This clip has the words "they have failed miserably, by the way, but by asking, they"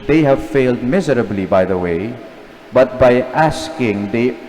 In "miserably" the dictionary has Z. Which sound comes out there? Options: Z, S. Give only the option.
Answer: Z